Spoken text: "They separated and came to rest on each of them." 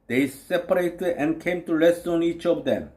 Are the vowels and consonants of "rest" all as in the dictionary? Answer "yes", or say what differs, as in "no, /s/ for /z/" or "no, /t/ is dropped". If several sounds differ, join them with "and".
no, /l/ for /ɹ/